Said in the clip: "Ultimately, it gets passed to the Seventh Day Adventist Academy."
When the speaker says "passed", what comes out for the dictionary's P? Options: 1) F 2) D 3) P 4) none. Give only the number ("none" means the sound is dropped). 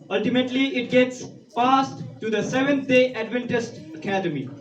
1